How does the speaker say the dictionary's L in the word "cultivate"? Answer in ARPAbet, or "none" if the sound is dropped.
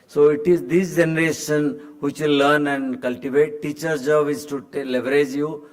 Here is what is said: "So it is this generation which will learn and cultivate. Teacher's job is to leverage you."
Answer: L